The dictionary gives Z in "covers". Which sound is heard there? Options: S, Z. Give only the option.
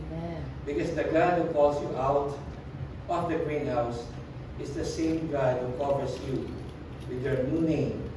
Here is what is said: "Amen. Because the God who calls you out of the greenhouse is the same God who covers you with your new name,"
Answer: S